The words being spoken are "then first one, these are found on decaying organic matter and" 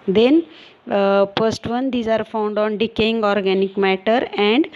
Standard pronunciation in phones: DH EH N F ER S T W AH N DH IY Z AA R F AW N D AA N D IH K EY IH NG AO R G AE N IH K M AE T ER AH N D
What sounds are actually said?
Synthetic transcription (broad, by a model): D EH N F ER S T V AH N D IY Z AA R F AW N D AA N D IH K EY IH NG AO R G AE N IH K M AE T ER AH N D